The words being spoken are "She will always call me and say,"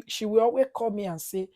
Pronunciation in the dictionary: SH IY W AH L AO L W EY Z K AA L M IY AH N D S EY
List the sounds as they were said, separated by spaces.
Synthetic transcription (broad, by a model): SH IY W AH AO W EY K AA M IY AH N S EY